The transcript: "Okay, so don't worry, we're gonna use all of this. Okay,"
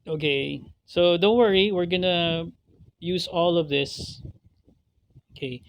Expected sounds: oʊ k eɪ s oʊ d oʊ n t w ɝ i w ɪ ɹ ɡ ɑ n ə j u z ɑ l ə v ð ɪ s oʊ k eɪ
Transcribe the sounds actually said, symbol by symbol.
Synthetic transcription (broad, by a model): oʊ k eɪ s oʊ d oʊ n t w ɝ i w ɪ ɹ ɡ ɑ n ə j u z ɑ l ə v ð ɪ s oʊ k eɪ